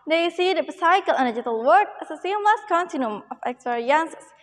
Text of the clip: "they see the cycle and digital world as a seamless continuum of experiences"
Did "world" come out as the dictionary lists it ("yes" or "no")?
no